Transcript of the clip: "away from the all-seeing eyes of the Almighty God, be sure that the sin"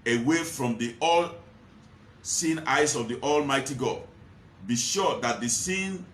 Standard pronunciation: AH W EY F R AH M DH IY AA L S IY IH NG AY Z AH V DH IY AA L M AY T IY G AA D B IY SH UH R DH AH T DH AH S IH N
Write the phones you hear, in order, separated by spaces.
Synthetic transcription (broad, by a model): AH W EY F R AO M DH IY AA L S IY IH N AY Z AH V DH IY AA L M AY T IY G AA D B IY SH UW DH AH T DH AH S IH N